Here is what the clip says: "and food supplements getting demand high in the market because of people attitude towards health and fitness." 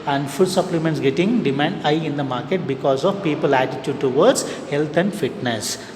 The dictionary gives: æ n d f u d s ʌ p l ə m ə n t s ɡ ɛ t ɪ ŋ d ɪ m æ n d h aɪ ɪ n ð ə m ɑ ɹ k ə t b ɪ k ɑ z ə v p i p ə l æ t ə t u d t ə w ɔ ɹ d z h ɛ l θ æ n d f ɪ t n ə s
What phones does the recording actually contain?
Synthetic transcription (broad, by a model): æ n d f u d s ʌ p l ə m ə n t s ɡ ɛ t ɪ ŋ d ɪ m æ n d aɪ ɪ n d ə m ɑ ɹ k ə t b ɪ k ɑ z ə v p i p ə l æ t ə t u d t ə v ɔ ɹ d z h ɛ l t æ n d f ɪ t n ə s